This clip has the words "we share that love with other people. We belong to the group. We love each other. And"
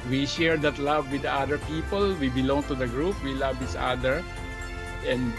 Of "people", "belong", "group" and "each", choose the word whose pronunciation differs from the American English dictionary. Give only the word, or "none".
each